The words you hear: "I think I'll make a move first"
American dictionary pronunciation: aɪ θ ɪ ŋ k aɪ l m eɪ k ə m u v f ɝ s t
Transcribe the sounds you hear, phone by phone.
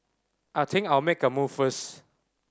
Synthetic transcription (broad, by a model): aɪ t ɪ ŋ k aɪ l m eɪ k ə m u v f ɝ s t